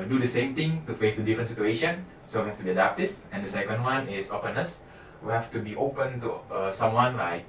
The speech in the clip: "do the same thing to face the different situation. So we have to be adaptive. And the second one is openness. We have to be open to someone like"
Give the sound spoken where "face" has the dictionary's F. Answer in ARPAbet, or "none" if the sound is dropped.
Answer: F